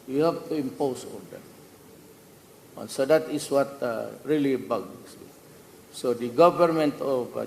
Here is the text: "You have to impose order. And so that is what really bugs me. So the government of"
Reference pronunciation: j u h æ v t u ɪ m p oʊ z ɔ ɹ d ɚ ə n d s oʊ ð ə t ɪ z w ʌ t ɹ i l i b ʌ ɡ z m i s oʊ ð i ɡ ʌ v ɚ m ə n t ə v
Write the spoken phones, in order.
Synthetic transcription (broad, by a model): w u h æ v t u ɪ m p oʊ s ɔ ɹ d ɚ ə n s oʊ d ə t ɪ s w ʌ t ɹ i l i b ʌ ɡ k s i s oʊ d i ɡ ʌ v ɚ m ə n t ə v